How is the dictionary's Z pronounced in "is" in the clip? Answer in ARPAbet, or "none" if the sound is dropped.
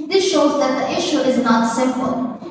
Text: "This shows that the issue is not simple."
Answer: Z